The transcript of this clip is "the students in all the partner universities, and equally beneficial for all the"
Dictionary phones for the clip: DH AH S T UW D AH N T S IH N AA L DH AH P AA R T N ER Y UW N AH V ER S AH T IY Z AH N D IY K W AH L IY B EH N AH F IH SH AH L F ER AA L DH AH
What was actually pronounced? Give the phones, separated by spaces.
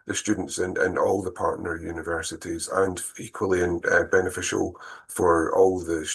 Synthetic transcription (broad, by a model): DH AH S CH UW D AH N T S IH N AA L DH AH P AA R T N ER Y UW N AH V ER S AH T IY Z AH N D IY K W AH L IY B EH N AH F IH SH AH L F ER AA L DH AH